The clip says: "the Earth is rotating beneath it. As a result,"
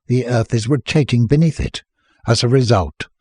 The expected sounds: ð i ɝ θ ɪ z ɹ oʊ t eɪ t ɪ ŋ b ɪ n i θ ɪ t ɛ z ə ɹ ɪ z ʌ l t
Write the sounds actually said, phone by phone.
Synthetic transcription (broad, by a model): ð i ɝ θ ɪ z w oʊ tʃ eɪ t ɪ ŋ b ɪ n i θ ɪ t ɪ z ə ɹ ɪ z ʌ l t